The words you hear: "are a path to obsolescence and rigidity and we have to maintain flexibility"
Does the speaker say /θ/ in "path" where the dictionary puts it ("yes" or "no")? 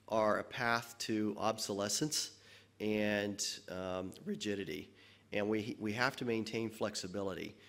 yes